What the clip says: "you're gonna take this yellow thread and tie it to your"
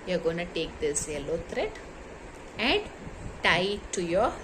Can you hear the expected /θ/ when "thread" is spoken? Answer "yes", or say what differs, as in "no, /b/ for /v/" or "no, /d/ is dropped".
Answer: no, /t/ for /θ/